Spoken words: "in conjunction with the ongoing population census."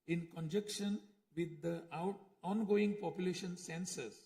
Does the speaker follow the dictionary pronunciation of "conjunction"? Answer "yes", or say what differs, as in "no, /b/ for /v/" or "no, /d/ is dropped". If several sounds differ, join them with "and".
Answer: no, /ŋ/ is dropped